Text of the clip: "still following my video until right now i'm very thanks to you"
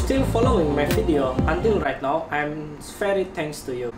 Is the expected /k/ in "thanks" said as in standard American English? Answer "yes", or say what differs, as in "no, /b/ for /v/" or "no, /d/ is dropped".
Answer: no, /k/ is dropped